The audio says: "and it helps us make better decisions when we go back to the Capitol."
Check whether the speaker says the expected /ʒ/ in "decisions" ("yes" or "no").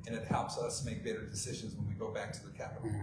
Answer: yes